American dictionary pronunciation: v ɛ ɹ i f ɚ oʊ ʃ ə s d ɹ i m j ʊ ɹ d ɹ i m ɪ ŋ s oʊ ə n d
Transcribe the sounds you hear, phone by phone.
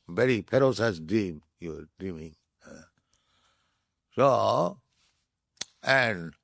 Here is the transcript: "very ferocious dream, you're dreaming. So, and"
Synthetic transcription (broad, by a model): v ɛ ɹ i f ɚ oʊ s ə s d ɹ i m j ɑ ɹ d ɹ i m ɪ ŋ s oʊ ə n d